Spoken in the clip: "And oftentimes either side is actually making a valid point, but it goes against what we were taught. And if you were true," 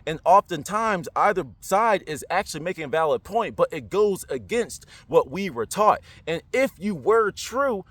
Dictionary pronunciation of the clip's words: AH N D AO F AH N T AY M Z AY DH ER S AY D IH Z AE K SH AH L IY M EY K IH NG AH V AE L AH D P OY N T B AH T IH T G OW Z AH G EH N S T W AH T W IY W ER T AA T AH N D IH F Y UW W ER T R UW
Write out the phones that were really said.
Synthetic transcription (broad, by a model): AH N AO F AH N T AY M Z AY DH ER S AY D IH Z AE K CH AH L IY M EY K IH NG AH V AE L AH D P OY N T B AH T IH T G OW Z AH G EH N S T W AH T W IY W ER T AA T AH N IH F Y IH W ER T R UW